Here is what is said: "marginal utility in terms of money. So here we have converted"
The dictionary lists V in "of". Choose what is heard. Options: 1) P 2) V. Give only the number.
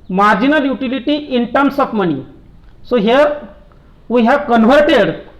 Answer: 1